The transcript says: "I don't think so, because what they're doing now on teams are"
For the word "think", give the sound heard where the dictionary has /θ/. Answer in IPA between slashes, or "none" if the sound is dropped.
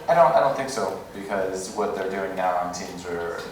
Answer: /θ/